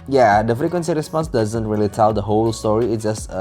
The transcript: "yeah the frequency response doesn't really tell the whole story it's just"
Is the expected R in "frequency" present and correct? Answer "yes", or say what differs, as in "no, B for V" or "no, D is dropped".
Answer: no, R is dropped